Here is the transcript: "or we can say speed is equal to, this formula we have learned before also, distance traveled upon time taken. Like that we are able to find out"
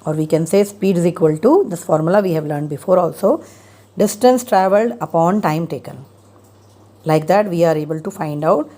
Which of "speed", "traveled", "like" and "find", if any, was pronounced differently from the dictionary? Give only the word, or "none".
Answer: none